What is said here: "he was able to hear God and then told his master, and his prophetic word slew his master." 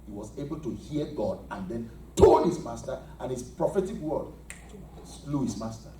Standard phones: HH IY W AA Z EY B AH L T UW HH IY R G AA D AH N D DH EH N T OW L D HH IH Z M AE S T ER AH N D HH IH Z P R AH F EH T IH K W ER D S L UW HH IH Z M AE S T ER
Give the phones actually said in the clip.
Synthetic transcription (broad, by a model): HH IY W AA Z EY B AH L T UW HH IY G AA D AH N D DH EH N T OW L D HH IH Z M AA S T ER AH N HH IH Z P R AH F EH T IH K W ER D S L UW HH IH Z M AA S T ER